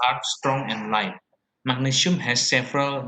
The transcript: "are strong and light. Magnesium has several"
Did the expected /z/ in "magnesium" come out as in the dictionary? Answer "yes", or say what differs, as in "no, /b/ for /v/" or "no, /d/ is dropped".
no, /s/ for /z/